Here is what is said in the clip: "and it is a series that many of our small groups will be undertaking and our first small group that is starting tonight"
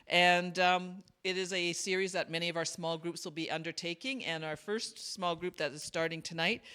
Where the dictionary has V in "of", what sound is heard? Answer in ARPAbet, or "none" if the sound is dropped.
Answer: V